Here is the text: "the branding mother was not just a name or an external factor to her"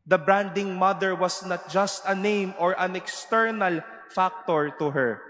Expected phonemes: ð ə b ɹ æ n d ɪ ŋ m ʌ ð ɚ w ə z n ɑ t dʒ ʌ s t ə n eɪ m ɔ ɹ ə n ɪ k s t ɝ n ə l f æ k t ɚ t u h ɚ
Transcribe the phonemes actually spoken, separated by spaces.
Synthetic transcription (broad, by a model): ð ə b ɹ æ n d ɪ ŋ m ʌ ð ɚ w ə s n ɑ t dʒ ʌ s t ə n eɪ m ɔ ɹ ə n ɪ k s t ɝ n ə l f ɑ k t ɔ t u h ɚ